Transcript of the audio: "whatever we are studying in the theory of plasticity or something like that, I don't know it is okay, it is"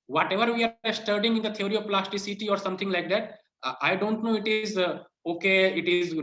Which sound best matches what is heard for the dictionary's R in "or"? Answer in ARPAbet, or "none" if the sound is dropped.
R